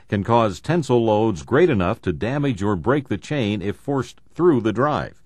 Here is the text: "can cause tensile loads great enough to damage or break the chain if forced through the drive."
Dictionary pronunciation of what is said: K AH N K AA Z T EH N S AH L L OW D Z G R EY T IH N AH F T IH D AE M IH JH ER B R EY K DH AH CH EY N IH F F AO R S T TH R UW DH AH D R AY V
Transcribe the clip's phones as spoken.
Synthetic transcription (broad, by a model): K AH N K AA Z T EH N S L L OW D Z G R EY T IH N AH F T IH D AE M IH JH ER B R EY K DH AH CH EY N IH F F AO R S TH R UW DH AH D R AY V